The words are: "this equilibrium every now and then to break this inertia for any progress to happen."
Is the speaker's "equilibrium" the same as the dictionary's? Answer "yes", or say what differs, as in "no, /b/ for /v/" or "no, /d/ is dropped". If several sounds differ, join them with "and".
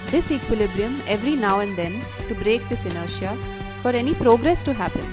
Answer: yes